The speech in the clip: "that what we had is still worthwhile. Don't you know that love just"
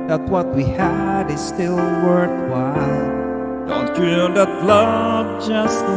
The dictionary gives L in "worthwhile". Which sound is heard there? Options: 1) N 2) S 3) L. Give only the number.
1